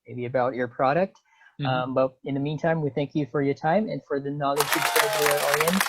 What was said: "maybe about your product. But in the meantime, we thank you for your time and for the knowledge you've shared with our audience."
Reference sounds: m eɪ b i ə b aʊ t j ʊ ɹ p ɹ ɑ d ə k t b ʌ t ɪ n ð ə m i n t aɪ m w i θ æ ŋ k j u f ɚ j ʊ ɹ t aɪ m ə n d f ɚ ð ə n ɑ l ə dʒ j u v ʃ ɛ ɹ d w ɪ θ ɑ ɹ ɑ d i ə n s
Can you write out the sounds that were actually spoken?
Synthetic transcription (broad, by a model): m eɪ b i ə b aʊ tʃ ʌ ɹ p ɹ ɑ d ə k t b ʌ t ɪ n ð ə m i n t aɪ m w i θ æ ŋ k j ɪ f ɚ j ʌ ɹ t aɪ m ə n f ɚ ð ə n ɑ l ə dʒ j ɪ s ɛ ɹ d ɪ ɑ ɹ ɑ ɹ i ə n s